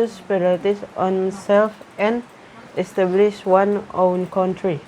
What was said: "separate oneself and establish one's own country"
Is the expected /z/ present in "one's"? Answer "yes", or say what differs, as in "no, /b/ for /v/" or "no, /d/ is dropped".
no, /z/ is dropped